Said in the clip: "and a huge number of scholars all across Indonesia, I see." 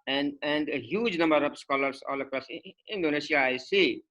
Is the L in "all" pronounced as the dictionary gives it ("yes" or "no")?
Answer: yes